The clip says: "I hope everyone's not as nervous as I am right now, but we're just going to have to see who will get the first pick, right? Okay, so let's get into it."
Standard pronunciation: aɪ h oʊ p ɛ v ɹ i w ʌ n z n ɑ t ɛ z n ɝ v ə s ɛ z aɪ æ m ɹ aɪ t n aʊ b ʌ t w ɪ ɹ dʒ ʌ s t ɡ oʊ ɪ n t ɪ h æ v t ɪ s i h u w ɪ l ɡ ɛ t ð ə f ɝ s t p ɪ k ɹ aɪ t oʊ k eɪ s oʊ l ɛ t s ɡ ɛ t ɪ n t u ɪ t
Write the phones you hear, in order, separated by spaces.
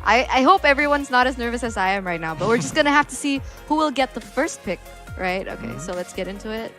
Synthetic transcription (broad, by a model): aɪ h oʊ p ɛ v ɹ i w ʌ n z n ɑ t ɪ z n ɝ v ə s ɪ z aɪ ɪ m ɹ aɪ t n aʊ b ʌ t w ɪ ɹ dʒ ʌ s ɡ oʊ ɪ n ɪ h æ f t ɪ s i h u w ɪ l ɡ ɛ t ð ə f ɝ s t p ɪ k ɹ aɪ t oʊ k eɪ s oʊ l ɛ t s ɡ ɛ t ɪ n t u ɪ t